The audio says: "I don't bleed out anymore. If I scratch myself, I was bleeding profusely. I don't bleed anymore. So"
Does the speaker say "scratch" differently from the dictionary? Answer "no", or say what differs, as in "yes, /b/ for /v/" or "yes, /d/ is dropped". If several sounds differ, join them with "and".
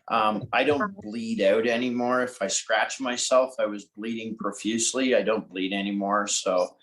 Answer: no